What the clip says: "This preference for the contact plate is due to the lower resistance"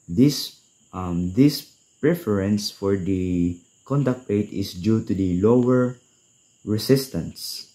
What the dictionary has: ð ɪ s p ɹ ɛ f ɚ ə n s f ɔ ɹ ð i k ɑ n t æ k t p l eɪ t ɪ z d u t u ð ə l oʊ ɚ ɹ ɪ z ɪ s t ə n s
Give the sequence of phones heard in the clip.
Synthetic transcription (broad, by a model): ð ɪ s p ɹ ɛ f ɚ ə n s f ɔ ɹ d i k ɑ n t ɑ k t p eɪ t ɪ s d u t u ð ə l oʊ ɚ ɹ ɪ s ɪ s t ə n s